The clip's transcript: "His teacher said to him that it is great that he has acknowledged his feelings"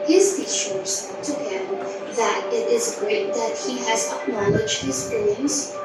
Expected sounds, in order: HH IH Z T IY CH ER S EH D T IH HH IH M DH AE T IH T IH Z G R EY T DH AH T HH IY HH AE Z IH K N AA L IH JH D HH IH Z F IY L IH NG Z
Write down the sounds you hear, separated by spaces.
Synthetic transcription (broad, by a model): HH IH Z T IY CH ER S T IH HH IH M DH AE T IH T IH Z G R EY T DH AH T HH IY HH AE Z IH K N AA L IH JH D HH IH Z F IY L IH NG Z